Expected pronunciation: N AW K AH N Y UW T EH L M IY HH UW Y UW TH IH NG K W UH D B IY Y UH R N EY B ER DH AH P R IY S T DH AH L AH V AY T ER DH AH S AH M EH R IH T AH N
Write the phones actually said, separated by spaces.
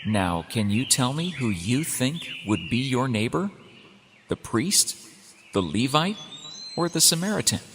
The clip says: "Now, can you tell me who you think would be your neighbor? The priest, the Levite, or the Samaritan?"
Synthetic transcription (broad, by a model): N AW K AH N Y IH T EH L M IY HH UW Y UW TH IH NG K W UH D B IY Y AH R N EY B ER DH AH P R IY S T DH AH L AH V AY T ER DH AH S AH M EH R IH T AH N